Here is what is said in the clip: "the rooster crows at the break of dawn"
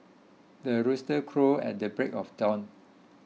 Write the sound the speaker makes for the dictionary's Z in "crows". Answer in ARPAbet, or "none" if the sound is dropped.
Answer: none